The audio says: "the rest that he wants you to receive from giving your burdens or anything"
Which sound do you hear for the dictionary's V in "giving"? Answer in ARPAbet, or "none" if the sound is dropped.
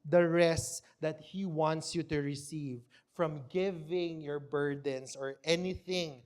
V